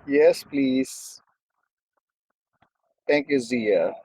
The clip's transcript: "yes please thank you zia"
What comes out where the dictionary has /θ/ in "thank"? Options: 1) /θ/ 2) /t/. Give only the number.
2